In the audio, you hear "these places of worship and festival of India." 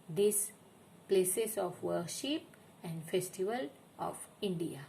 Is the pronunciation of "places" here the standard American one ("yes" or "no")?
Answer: no